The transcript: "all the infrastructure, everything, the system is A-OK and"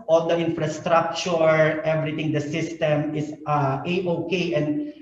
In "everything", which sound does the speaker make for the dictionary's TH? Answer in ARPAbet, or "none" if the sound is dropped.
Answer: T